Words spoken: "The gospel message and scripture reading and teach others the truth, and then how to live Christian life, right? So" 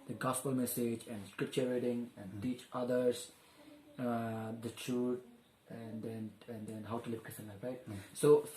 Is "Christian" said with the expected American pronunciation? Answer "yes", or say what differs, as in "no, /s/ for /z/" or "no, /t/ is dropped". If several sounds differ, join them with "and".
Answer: no, /tʃ/ is dropped